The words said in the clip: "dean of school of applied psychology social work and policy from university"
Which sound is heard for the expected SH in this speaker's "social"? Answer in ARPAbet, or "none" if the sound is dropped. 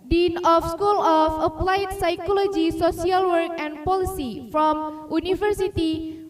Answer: S